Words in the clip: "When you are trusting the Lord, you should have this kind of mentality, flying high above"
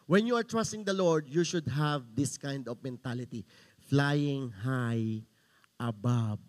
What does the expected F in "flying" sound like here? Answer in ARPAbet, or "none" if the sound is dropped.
F